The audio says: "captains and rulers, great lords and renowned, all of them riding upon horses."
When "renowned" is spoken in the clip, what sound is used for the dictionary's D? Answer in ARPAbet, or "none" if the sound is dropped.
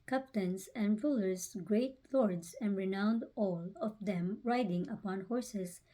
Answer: D